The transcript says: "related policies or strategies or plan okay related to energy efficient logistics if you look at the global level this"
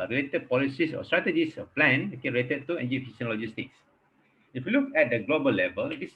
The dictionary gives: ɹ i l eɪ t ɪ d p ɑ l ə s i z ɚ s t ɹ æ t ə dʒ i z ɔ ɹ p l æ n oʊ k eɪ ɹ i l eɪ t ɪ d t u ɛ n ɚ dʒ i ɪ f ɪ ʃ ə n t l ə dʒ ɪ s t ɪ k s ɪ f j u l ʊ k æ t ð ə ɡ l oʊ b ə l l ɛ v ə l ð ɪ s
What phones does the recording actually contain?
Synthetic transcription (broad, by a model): ɹ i l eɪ t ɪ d p ɑ l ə s i s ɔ s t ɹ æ t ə dʒ i s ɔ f p l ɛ n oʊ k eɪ ɹ i l eɪ t ɪ d t u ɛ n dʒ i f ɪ s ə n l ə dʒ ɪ s t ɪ k s ɪ f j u l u k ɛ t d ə ɡ l oʊ b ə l l ɛ v ə l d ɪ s